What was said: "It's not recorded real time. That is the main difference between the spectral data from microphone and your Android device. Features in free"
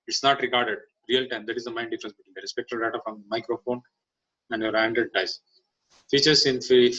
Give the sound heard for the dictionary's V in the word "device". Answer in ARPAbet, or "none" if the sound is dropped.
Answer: none